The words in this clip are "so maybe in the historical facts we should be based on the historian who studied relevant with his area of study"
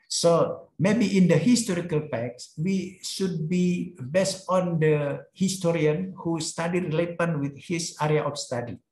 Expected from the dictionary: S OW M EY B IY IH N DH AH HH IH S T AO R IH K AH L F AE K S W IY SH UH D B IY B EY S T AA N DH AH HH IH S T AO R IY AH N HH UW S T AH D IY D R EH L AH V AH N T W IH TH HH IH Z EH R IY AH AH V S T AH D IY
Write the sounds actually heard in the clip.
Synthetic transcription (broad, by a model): S OW M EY B IY IH N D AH HH IH S T AO R IH K AH L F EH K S W IY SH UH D B IY B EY S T AA N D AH HH IH S T AO R IY AH N HH UW S T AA D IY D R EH L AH P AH N W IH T HH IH S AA R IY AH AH F S T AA D IY